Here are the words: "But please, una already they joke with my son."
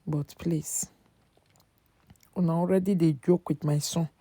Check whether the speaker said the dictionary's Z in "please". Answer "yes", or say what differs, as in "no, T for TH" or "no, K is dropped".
no, S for Z